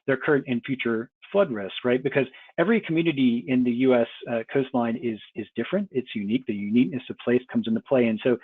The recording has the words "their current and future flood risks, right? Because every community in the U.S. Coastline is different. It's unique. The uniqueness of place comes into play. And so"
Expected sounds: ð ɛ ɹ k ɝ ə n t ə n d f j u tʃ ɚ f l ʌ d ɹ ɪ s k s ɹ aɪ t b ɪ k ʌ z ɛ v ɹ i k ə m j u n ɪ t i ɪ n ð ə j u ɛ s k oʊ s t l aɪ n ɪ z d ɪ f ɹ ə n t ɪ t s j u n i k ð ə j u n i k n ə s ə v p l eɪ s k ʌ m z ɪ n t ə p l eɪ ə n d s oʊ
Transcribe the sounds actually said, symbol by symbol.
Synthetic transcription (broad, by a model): ð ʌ ɹ k ɝ ə n t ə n f j u tʃ ɚ f l ʌ d ɹ ɪ s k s ɹ aɪ t b ɪ k ʌ z ɛ v ɹ i k m j u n ɪ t i ɪ n ð ə j u ɛ s k oʊ s t l aɪ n ɪ z d ɪ f ɹ ə n t ɪ t s j u n i k ð ə j u n i k n ə s ə v p l eɪ s k ʌ m z ɪ n t ə p l eɪ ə n s oʊ